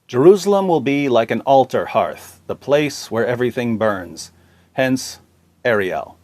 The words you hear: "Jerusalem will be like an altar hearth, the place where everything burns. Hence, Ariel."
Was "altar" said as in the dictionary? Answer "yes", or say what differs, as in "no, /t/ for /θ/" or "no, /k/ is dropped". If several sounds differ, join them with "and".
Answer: yes